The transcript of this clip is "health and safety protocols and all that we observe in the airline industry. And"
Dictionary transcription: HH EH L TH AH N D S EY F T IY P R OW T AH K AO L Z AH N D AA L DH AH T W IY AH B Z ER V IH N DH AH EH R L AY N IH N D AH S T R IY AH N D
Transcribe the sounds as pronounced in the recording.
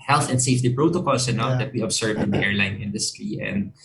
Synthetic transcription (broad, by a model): HH EH L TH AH N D S EY F T IY P R OW T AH K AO L S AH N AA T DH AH T W IY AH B S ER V IH N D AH EH R L AY N IH N D AH S T R IY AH N D